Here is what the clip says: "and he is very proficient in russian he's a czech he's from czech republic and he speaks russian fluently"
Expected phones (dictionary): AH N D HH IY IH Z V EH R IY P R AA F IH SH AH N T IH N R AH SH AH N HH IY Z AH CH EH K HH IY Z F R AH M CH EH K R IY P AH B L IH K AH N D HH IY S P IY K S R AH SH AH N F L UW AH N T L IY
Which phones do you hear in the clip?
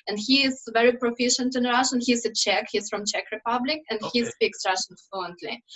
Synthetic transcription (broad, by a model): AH N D HH IY IH Z V EH R IY P R AA F IH SH AH N T IH N R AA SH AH N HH IY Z AH CH EH K HH IY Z F R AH M CH EH K R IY P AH B L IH K AH N D HH IY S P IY K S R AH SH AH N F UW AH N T L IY